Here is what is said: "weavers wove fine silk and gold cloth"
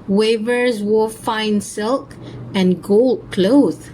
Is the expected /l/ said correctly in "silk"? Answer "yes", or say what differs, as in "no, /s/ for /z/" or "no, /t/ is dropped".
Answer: yes